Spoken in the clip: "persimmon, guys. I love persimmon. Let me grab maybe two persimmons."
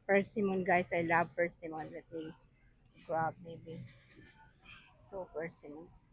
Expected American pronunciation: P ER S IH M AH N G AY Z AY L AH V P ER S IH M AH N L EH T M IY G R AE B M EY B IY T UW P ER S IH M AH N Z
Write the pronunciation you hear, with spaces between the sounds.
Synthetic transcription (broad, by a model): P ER S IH M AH N G AY S AY L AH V P ER S IH M AH N W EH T M IY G R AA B M EY B IY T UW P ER S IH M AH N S